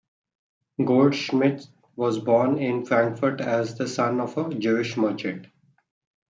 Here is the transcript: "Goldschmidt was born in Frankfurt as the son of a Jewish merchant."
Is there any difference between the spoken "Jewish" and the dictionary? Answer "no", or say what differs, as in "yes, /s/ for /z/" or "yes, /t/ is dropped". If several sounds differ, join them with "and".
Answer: no